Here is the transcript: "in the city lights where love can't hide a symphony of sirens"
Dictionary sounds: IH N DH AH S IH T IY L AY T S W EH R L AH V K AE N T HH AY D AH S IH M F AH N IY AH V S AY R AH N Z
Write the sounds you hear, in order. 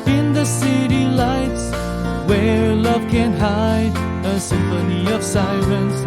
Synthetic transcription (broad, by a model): IH N DH AH S IH T IY L AY T S W EH R L AH V K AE N HH AY D AH S IH M F AH N IY AH V S AY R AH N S